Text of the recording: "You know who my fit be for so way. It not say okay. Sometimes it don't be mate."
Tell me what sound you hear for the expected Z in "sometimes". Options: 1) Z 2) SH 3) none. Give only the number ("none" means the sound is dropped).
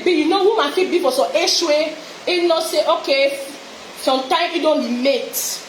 3